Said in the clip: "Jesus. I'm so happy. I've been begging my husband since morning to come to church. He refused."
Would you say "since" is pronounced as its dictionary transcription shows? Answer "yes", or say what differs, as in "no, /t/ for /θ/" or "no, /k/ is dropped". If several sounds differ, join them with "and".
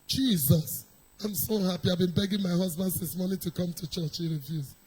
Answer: no, /n/ is dropped